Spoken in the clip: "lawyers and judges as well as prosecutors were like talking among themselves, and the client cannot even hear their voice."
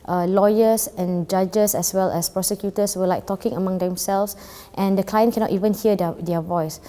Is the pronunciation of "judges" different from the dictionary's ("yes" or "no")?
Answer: yes